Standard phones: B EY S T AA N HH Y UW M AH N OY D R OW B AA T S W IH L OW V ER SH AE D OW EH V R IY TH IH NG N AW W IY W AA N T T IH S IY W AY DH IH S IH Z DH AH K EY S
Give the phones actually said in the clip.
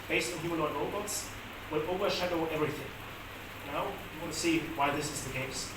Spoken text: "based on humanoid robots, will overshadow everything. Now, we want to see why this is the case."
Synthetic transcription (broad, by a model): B EY S T AA N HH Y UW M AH L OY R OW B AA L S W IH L OW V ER SH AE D OW EH V R IY TH IH NG N AW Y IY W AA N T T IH S IY W AY DH IH S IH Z DH AH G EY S